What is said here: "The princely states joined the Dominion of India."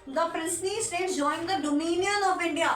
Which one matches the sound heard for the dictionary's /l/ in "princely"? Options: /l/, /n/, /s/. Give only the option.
/n/